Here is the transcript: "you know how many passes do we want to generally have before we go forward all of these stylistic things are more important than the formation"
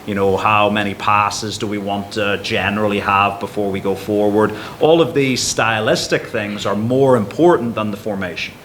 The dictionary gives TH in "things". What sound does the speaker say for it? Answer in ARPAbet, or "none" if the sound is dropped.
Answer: TH